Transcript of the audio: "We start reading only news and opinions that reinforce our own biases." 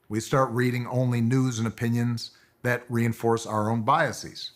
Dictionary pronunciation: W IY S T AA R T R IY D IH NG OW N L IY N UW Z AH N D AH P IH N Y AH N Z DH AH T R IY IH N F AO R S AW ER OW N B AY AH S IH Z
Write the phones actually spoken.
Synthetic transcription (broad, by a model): W IY S T AA R T R IY D IH NG OW N L IY N UW Z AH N AH P IH N Y AH N Z DH AH T R IY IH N F AO R S AW ER OW N B AY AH S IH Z